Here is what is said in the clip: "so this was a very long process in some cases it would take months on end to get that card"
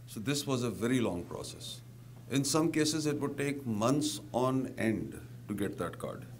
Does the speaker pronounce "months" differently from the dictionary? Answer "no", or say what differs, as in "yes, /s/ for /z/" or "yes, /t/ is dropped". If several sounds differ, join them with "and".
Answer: yes, /t/ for /θ/